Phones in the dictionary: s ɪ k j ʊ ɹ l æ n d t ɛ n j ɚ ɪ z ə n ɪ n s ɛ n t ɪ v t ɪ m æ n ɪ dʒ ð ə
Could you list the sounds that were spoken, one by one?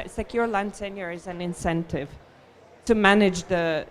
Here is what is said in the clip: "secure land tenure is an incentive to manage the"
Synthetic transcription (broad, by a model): s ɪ k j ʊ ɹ l æ n d s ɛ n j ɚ ɪ z ə n ɪ n s ɛ n t ɪ v t ɪ m æ n ɪ dʒ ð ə